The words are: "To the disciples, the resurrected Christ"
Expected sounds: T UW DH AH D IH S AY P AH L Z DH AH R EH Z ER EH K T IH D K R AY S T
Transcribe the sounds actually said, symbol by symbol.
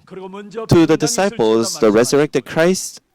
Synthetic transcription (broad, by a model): T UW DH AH D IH S AY P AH L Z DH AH R EH Z ER EH K T IH D K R AY S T